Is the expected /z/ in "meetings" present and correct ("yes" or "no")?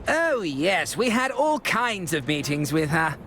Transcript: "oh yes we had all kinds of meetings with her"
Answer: yes